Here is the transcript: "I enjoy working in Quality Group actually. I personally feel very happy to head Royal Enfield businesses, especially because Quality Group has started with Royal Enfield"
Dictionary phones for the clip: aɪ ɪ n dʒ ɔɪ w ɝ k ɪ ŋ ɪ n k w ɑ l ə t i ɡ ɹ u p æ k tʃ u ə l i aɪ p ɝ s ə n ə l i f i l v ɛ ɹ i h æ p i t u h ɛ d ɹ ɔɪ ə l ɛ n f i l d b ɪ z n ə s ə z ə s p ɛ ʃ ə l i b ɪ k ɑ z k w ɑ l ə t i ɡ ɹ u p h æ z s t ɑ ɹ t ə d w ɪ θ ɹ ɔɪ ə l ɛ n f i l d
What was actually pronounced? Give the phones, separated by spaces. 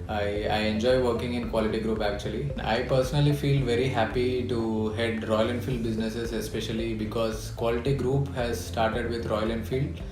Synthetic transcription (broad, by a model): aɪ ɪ n dʒ ɔɪ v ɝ k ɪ ŋ ɪ n k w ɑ l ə t i ɡ ɹ u p æ k tʃ u ə l i aɪ p ɝ s ə n ə l i f i l v ɛ ɹ i h æ p i t u h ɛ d ɹ ɔɪ ə l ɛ n f i l d b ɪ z n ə s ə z ə s p ɛ ʃ ə l i b ɪ k ɑ z k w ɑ l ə t i ɡ ɹ u p h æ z s t ɑ ɹ t ə d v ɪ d ɹ ɔɪ ə l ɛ n f i l d